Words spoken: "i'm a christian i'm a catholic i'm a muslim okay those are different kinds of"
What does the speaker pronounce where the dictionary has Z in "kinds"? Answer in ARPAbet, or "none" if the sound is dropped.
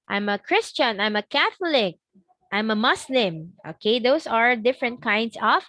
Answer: S